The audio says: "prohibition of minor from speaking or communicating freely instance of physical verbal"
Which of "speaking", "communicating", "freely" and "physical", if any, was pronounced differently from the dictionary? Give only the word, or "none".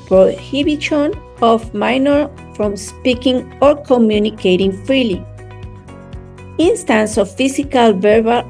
physical